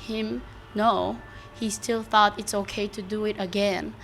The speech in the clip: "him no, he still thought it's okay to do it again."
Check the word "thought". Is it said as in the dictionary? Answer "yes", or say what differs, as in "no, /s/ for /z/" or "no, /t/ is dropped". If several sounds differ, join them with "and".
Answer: yes